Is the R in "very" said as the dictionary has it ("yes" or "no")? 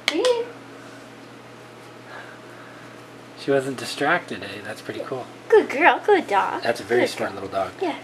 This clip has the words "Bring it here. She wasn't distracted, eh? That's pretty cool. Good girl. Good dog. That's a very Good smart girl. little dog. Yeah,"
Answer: no